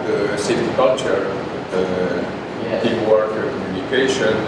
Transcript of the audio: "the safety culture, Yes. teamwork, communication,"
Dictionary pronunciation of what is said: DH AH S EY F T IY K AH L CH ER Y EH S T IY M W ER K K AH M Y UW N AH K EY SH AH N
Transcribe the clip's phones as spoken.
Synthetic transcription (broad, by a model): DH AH S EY T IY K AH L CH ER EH T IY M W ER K K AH M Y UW N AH K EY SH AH N